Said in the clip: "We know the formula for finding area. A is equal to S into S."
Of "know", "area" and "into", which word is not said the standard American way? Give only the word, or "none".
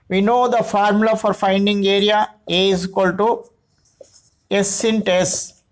none